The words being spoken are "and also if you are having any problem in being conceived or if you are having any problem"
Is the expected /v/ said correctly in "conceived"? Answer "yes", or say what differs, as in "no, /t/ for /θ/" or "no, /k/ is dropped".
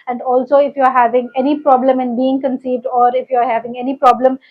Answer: yes